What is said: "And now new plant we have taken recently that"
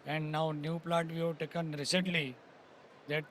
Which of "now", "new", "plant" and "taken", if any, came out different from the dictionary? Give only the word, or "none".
plant